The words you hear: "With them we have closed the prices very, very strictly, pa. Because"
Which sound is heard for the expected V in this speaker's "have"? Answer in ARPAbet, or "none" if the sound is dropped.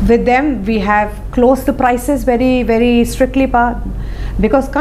V